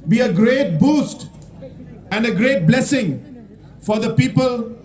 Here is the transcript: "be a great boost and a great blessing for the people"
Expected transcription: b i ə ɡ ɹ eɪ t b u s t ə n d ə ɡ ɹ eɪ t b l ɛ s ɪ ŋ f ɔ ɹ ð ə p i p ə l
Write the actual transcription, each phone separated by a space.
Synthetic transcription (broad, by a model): b i ə ɡ ɹ eɪ t b u s t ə n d ə ɡ ɹ eɪ t b l ɛ s ɪ ŋ f ɔ ɹ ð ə p i p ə l